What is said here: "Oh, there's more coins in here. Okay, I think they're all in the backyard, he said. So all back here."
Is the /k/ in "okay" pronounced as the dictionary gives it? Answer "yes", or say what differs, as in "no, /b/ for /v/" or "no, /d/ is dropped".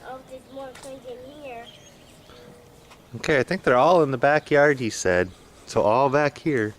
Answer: yes